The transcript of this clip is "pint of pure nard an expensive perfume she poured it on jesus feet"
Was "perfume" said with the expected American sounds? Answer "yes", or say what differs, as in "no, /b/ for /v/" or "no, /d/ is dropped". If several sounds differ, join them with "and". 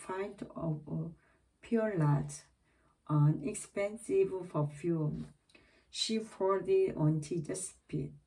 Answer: no, /f/ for /p/